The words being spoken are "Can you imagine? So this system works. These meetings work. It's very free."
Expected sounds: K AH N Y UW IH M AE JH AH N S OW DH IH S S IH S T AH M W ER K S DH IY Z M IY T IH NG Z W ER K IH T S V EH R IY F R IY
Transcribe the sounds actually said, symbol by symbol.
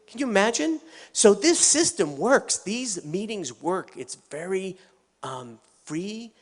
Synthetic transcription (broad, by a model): K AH N Y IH IH M AE JH AH N S OW DH IH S S IH S T AH M W ER K S DH IY Z M IY T IH NG Z W ER K IH T S V EH R IY F R IY